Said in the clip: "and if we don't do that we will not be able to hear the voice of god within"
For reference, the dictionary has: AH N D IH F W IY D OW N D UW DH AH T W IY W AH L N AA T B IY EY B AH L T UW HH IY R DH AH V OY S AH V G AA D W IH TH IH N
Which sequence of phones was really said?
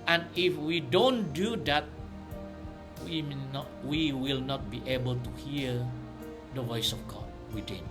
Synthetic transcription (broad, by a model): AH N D IH F W IY D OW N D UW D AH T W IY W AH L N AA T B IY EY B AH L T UW HH IY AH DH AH V OY S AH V G AA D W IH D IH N